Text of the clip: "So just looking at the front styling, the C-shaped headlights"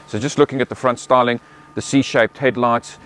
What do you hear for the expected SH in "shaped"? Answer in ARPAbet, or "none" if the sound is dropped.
SH